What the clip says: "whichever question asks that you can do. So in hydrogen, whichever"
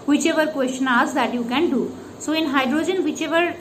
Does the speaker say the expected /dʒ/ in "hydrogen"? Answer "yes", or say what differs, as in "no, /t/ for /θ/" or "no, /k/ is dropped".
yes